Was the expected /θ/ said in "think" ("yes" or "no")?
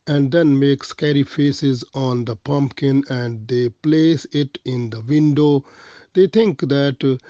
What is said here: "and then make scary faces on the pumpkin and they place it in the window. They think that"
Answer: no